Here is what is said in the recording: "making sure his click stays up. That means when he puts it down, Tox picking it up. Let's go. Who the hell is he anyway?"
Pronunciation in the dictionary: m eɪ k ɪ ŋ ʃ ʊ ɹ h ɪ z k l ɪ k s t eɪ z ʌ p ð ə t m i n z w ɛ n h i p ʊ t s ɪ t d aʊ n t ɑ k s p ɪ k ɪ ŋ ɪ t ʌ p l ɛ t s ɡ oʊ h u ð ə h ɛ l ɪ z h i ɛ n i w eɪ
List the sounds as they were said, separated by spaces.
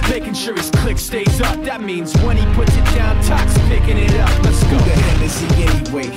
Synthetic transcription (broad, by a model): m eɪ k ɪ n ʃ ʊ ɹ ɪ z k l ɪ k s t eɪ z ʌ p ð ə t m i n z w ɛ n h i p ʊ t s ɪ t d aʊ n t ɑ k s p ɪ k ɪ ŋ ɪ t ʌ p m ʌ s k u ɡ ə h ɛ n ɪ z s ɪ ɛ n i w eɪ